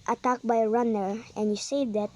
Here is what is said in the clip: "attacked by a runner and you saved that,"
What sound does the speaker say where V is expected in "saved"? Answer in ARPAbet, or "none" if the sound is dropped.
none